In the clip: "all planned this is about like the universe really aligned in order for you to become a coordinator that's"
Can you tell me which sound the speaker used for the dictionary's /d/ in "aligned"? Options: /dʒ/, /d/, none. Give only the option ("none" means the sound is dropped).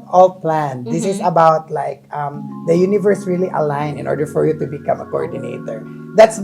none